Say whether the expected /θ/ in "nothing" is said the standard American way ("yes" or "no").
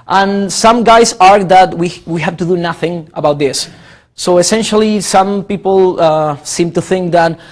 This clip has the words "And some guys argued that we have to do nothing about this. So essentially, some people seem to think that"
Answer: yes